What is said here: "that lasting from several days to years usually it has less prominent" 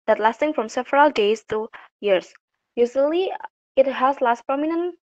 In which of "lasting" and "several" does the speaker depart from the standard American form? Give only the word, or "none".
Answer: none